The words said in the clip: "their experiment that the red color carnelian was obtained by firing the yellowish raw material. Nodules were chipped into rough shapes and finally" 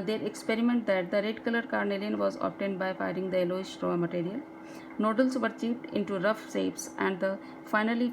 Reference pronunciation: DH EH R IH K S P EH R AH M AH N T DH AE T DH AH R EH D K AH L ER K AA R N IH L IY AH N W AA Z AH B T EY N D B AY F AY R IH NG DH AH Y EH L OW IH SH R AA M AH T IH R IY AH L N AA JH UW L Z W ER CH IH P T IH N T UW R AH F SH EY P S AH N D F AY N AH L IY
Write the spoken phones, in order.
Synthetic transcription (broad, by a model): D EH R IH K S P EH R AH M AH N T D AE T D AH R EH D K AH L ER K AA R N IH L IY AH N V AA Z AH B T EY N D B AY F AY R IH NG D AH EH L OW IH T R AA M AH T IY R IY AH L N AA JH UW L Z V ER CH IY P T IH N T UW R AH F S EY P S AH N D F AY N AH L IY